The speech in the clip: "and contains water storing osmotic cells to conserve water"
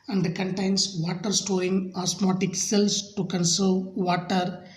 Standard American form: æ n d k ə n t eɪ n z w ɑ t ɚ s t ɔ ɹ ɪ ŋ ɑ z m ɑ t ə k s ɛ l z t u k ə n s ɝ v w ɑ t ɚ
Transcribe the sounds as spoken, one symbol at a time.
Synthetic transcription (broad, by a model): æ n d k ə n t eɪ n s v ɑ t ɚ s t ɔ ɪ ŋ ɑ s m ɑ t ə k s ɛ l s t u k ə n s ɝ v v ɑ t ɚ